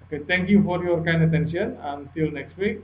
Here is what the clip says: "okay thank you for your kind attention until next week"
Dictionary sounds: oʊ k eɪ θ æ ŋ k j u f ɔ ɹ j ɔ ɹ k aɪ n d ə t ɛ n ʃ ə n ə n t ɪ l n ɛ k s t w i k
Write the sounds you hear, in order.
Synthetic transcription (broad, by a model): oʊ k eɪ t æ ŋ k j u f ɔ ɹ j ɔ ɹ k aɪ n d ə t ɛ n ʃ ə n ə n t ɪ l n ɛ k s t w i k